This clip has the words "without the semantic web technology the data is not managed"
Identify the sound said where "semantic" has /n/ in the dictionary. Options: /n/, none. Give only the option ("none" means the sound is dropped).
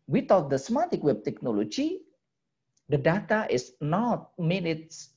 none